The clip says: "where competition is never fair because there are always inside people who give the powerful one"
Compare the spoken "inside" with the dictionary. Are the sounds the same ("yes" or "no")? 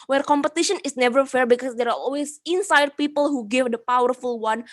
yes